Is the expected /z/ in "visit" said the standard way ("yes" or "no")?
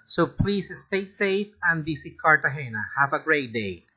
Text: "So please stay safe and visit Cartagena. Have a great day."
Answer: no